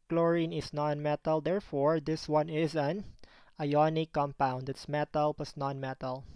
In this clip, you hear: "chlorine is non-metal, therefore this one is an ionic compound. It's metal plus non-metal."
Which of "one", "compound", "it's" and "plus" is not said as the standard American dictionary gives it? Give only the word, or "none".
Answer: plus